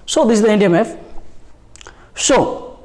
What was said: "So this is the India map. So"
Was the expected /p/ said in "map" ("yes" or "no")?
no